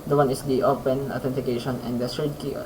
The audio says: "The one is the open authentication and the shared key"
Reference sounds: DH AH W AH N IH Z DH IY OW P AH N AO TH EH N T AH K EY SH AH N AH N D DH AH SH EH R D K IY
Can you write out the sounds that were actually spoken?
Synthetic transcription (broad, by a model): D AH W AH N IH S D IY OW P AH N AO T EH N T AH K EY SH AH N AH N D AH S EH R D K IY